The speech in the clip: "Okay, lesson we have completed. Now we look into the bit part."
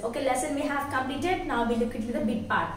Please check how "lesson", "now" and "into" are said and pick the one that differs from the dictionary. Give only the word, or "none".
into